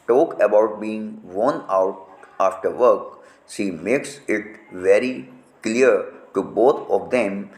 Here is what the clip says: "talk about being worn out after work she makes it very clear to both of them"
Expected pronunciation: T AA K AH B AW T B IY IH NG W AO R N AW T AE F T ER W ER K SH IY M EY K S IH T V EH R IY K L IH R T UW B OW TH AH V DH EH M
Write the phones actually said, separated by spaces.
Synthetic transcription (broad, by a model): T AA K AH B AW T B IY IH NG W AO N AW T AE F T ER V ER K S IY M EY K S IH T V EH R IY K L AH R T UW B OW T AH V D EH M